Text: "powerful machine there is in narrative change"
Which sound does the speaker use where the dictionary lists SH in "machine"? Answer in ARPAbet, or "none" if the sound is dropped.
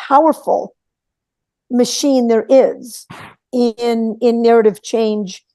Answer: SH